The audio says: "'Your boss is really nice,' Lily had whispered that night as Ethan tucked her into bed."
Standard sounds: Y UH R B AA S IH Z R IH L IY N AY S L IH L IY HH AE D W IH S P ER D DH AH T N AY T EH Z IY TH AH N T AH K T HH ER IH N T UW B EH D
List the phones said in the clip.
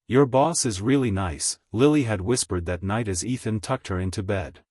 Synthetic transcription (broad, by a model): Y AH R B AA S IH Z R IH L IY N AY S L IH L IY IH D W IH S P ER D DH AH T N AY T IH Z IY TH AH N T AH K T HH ER IH N T UW B EH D